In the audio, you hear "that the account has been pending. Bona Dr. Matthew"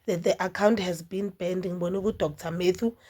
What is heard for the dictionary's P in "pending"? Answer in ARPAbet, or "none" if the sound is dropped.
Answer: B